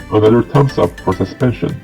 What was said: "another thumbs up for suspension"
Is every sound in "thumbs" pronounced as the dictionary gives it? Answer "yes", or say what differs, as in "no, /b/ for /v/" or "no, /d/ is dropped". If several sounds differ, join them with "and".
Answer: no, /t/ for /θ/ and /s/ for /z/